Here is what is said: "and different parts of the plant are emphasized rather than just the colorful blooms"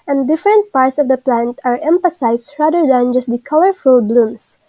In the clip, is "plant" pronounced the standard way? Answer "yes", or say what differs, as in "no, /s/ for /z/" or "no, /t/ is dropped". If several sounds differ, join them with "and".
yes